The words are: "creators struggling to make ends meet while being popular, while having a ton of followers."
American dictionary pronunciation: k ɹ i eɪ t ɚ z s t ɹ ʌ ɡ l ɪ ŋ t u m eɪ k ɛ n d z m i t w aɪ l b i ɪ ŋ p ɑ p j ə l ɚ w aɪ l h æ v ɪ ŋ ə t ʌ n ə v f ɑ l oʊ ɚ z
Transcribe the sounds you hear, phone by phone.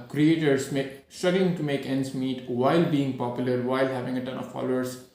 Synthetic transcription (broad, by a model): k ɹ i eɪ t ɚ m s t ʌ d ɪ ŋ t u m eɪ k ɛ n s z m i t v aɪ l b i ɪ ŋ p ɑ p j ə l ɚ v aɪ l h æ v ɪ ŋ ə t ʌ n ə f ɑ l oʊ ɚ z